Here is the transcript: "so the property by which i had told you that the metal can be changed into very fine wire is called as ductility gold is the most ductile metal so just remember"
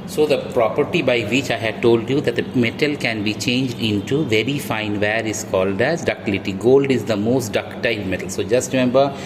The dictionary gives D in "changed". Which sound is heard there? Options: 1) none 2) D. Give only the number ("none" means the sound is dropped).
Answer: 2